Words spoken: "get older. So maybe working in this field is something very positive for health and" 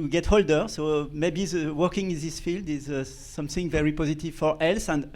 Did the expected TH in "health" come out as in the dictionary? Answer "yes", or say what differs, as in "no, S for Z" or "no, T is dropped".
no, S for TH